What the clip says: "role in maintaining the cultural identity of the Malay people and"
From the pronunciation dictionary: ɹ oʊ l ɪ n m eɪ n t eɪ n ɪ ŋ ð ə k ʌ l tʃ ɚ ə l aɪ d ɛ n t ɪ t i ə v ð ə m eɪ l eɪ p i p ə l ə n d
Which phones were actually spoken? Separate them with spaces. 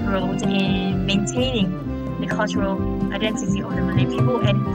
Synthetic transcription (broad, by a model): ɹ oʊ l ɪ n m eɪ n t eɪ n ɪ ŋ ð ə k ʌ l tʃ ɚ ə l aɪ d ɛ n t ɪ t i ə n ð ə m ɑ n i p i p ə l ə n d